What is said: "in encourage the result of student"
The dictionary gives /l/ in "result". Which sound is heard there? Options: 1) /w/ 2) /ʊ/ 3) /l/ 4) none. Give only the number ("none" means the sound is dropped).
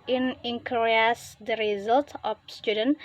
3